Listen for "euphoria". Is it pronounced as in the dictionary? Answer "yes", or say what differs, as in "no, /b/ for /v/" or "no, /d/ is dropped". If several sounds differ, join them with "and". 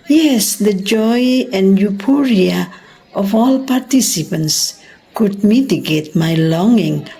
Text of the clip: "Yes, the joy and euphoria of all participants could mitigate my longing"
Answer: no, /p/ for /f/